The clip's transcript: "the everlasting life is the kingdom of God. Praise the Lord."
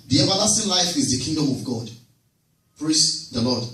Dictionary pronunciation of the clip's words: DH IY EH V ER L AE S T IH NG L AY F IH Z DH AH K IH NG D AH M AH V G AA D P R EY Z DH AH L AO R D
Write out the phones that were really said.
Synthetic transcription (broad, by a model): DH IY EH V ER L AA S T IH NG L AY F IH Z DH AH K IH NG D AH M AH V G AA D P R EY S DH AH L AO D